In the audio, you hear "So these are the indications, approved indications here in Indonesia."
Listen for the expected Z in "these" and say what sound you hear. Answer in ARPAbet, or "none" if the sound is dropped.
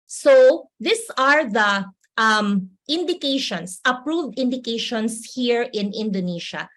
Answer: S